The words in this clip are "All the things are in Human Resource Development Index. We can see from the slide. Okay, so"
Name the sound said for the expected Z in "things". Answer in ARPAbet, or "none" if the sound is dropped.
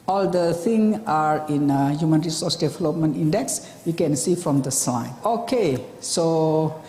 none